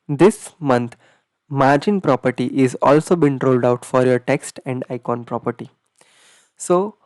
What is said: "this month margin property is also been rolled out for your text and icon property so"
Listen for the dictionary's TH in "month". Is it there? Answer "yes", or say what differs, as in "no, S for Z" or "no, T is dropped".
no, T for TH